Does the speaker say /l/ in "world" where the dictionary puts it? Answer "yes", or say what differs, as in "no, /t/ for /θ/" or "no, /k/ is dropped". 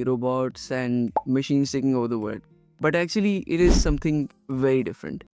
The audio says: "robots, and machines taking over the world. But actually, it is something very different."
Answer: no, /l/ is dropped